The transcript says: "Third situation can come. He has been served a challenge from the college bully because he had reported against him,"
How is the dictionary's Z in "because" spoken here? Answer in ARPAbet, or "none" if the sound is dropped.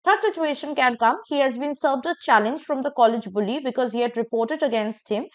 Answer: Z